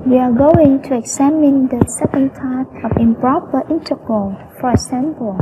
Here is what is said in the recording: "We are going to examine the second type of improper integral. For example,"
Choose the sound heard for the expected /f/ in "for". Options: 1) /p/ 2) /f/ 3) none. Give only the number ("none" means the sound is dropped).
2